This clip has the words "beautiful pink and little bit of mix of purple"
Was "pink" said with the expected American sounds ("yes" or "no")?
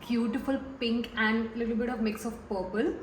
yes